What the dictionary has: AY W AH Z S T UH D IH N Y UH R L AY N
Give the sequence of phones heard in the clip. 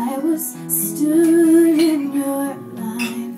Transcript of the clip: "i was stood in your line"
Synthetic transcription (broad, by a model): AY W AH Z S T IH IH N Y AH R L AY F